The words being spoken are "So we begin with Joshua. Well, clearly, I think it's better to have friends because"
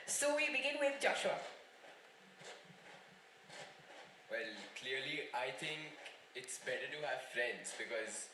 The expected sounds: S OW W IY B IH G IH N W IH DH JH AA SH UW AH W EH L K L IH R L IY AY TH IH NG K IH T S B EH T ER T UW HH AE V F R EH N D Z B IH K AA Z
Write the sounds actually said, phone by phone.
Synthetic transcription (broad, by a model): S OW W IY B IH G IH N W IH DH JH AA SH UW AH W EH L K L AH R L IY AY T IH NG K IH T S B EH T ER T UW HH AE V F R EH N D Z B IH K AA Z